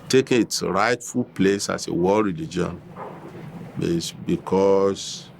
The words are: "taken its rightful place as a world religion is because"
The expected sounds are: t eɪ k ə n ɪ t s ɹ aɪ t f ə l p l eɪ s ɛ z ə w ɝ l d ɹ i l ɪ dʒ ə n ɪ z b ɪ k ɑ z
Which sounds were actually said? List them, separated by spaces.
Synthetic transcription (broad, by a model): t eɪ k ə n ɪ t s ɹ aɪ t f ə l p l eɪ s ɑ s ə w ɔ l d ɹ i l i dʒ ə n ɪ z b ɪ k ɑ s